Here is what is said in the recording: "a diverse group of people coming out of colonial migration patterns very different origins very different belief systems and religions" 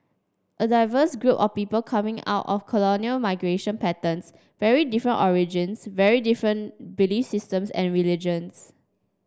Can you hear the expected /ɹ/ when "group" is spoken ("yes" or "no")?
yes